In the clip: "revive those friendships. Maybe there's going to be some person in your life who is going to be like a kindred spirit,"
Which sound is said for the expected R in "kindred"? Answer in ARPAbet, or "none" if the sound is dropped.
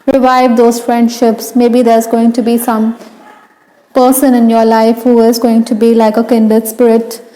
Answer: none